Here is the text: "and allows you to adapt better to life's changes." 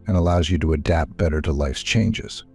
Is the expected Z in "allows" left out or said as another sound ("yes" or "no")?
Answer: no